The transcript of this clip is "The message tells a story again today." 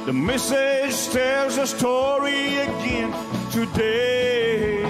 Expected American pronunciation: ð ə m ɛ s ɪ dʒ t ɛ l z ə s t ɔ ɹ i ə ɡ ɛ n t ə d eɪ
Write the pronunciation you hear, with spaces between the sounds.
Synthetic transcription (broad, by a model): ð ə m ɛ s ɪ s t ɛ z ə s t ɔ ɹ i ə ɡ ɛ n t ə d eɪ